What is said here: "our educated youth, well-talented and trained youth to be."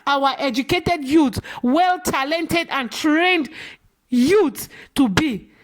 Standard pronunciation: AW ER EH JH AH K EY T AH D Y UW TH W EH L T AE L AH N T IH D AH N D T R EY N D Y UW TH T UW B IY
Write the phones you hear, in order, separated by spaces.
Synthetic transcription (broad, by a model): AW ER EH JH AH K EY T AH D Y UW T W EH L T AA L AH N T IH D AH N T R EY N D Y UW T T UW B IY